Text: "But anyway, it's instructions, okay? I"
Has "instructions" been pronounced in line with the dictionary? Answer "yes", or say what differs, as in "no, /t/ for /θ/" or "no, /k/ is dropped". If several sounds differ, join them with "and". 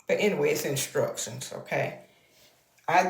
no, /s/ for /ʃ/ and /s/ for /z/